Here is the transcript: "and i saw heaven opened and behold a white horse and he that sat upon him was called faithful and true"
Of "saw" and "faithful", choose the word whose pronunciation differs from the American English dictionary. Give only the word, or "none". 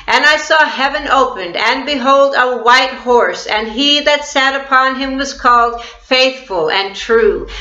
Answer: none